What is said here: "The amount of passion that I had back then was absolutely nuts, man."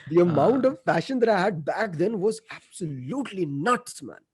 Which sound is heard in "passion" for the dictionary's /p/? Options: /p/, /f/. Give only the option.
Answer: /f/